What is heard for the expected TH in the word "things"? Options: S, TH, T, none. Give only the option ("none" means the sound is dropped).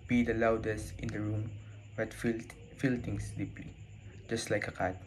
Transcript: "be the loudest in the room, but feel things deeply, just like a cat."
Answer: T